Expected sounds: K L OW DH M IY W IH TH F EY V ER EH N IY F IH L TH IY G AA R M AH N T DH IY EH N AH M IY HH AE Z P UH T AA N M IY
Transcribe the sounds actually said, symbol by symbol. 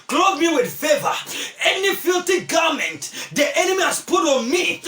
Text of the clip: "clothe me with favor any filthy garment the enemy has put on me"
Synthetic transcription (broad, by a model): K L OW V M IY W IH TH F EY V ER EH N IY F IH L T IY G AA M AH N T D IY EH N AH M IY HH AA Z P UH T AA N M IY